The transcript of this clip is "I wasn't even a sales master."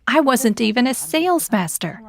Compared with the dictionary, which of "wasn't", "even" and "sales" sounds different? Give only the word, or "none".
none